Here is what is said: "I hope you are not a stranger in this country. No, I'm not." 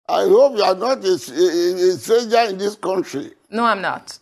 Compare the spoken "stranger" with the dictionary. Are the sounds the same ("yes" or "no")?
no